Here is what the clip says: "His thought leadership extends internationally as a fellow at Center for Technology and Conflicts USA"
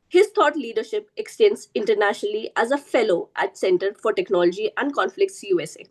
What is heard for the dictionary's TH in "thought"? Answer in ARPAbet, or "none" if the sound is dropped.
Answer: T